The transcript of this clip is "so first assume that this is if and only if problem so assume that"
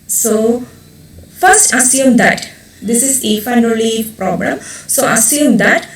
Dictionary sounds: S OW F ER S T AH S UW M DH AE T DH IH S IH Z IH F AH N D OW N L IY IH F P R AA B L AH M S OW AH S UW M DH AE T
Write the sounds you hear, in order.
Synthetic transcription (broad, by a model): S OW F ER S T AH S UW M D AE T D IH S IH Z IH F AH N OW L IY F P R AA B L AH M S OW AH S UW M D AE T